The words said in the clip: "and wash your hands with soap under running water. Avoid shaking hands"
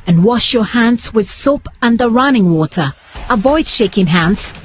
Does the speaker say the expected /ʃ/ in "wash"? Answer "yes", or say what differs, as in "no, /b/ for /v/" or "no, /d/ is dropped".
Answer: yes